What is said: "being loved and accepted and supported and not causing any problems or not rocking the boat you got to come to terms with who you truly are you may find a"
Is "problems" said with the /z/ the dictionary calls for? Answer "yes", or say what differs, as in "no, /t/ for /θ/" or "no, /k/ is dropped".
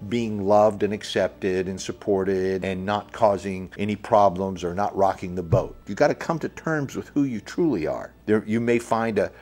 yes